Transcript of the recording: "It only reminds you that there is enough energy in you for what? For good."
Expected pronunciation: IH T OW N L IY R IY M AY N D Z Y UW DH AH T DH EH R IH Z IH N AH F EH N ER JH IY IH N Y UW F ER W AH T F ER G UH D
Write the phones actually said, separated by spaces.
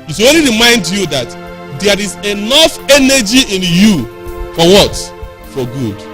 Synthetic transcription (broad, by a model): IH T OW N L IY R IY M AY N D Y UW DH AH T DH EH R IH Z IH N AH F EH N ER JH IY IH N Y UW F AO W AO T F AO G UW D